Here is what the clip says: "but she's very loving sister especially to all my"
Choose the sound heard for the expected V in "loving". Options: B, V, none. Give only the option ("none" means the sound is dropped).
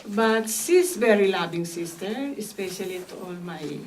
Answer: B